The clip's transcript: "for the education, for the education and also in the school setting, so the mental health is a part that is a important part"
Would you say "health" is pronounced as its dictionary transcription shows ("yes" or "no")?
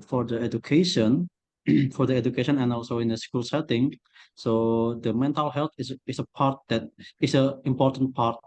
no